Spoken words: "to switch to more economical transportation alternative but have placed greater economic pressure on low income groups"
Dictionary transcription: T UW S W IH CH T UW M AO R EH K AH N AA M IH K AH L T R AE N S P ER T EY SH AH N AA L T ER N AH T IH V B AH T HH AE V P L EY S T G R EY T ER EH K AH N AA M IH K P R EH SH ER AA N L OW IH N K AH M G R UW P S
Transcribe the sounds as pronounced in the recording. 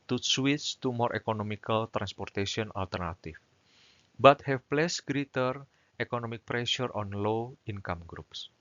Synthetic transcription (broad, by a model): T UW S W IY S T UW M AO R EH K AH N AA M IH K AH L T R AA N S P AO T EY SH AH N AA L T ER N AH T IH F B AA T HH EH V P L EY S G R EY T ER EH K AH N AA M IH K P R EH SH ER AA N L OW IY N K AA M G R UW P S